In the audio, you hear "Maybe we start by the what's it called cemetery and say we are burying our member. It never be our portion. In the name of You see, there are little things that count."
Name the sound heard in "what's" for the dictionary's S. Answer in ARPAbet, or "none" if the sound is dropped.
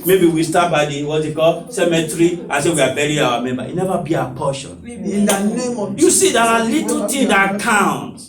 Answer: none